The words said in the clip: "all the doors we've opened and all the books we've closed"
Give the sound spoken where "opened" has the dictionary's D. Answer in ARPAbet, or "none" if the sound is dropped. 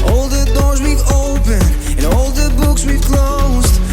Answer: none